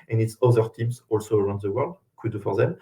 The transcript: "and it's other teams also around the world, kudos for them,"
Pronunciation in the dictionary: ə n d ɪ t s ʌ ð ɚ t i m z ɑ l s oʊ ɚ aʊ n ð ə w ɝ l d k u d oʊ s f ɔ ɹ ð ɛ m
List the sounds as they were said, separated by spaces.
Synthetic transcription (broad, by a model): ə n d ɪ t s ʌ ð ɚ t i m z ɑ l s oʊ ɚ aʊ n ð ə w ɝ l d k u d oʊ f ɔ ɹ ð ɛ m